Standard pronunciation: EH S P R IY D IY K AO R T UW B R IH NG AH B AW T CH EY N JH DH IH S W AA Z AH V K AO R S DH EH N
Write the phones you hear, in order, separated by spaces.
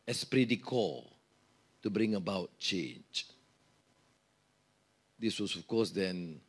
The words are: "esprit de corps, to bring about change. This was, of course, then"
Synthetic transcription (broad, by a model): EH S P R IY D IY K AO T UW B R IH NG AH B AW T CH EY N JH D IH S W AA S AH F K AO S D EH N